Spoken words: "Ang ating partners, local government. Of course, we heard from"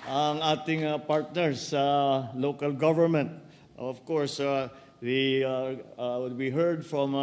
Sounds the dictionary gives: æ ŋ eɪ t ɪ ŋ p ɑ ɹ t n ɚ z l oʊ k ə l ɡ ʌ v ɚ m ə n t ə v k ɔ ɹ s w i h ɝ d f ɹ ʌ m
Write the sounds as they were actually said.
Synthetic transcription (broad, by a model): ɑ ŋ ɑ t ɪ ŋ p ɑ ɹ t n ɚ s l oʊ k ə l ɡ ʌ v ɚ m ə n t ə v k ɔ ɹ s w i h ɝ d f ɹ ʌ m